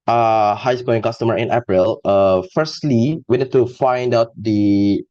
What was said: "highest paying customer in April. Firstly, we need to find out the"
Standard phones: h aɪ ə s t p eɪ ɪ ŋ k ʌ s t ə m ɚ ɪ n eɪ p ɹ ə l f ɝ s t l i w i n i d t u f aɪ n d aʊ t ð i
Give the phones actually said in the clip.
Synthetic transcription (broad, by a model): h aɪ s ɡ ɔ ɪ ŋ k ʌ s t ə m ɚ ɪ n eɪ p ɹ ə l f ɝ s t l i w i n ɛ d t u f aɪ n d aʊ t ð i